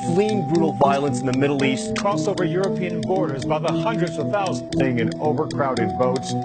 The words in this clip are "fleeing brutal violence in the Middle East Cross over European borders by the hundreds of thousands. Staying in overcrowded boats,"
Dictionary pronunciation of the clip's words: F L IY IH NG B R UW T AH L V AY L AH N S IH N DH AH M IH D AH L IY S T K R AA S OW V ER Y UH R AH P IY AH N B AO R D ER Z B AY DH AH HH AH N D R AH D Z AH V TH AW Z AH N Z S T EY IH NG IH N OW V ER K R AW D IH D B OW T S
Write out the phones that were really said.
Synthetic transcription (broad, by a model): F L IY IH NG B R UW T L V AY L AH N S N DH AH M IH D L IY S T K R AA S OW V ER Y UH R AH P IY AH N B AO R D ER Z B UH DH AH HH AH N D R AH D Z AH V TH AW Z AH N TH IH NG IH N OW V ER K R AW D IH D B OW T S